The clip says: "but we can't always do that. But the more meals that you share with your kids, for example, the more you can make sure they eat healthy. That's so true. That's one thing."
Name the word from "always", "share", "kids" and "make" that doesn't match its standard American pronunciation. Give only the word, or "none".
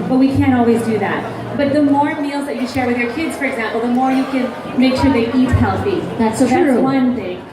none